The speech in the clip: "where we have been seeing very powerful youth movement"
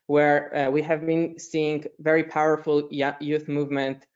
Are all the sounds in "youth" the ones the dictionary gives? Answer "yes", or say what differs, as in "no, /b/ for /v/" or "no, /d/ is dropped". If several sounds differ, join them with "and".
yes